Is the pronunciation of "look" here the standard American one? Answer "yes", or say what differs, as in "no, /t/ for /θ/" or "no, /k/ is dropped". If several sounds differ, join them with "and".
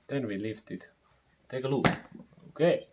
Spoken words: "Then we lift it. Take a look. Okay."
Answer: no, /k/ is dropped